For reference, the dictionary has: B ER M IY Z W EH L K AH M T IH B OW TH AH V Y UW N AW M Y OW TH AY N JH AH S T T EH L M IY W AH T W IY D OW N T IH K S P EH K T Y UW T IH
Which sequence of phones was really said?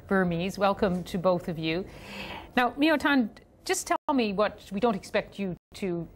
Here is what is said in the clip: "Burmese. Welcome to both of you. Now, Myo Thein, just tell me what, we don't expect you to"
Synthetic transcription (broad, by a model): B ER M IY Z W EH L K AH M T IH B OW TH AH V Y UW N AW M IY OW T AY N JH AH S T T EH L M IY W AH T W IY D OW N T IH K S P EH K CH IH T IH